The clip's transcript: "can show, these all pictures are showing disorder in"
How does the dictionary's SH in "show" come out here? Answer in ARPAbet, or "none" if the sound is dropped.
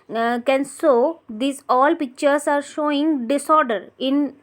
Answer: S